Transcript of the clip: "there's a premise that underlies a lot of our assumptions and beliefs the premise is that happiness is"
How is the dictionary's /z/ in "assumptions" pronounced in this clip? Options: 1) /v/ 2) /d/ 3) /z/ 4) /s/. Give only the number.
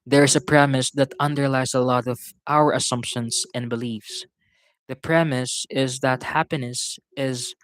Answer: 4